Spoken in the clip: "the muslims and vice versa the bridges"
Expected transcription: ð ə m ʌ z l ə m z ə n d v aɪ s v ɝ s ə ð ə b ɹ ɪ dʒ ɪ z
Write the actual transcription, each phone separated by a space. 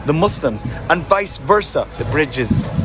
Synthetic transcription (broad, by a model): ð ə m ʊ s l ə m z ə n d v aɪ s v ɝ s ə ð ə b ɹ ɪ dʒ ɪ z